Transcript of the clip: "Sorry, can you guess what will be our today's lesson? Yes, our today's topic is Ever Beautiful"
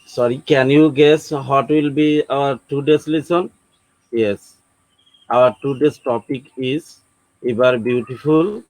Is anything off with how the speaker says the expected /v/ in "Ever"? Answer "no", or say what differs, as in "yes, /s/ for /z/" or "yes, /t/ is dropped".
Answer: yes, /b/ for /v/